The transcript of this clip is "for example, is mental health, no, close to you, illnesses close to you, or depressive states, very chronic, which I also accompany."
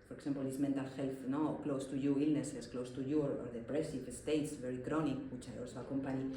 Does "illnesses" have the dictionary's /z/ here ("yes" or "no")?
no